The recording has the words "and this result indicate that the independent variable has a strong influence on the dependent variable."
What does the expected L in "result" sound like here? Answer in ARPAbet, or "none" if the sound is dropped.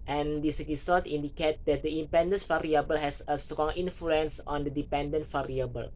none